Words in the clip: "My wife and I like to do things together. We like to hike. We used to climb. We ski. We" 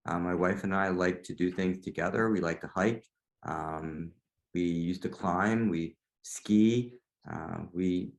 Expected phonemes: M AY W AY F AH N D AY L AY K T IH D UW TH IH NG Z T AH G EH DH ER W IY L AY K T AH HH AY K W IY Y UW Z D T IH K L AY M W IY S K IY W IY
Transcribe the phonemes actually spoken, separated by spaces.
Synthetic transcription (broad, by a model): M AY W AY F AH N AY L AY K T IH D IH TH IH NG Z T AH G EH DH ER W IY L AY K T AH HH AY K W IY Y UW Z T IH K L AY M W IY S K IY W IY